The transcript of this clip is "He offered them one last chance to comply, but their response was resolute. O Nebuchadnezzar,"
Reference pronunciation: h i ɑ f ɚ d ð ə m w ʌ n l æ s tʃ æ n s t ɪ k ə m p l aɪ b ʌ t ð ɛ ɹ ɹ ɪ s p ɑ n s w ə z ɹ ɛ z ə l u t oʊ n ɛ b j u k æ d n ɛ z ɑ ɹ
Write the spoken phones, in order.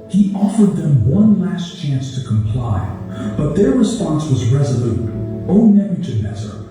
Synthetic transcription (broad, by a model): h i ɑ f ɚ d ð ə m w ʌ n l æ s tʃ æ n s t ɪ k ə m p l aɪ b ʌ t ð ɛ ɹ ɹ ɪ s p ɑ n s w ə z ɹ ɛ z ə l u t oʊ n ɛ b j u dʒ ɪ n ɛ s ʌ ɹ